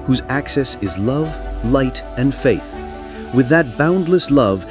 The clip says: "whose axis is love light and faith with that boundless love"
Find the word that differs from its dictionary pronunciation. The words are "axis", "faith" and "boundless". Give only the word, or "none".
none